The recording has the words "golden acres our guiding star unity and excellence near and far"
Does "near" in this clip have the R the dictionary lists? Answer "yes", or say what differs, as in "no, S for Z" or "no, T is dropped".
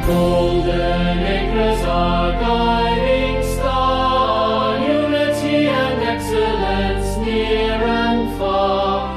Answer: yes